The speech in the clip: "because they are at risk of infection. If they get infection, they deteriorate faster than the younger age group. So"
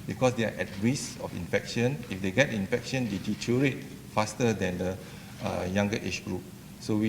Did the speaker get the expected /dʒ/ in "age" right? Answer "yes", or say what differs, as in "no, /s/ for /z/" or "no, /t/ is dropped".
no, /tʃ/ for /dʒ/